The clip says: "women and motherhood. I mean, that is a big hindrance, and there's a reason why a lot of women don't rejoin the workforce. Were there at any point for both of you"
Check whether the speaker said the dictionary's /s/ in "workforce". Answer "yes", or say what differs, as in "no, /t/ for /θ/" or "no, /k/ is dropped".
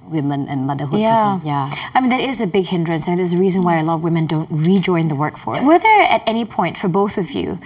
no, /s/ is dropped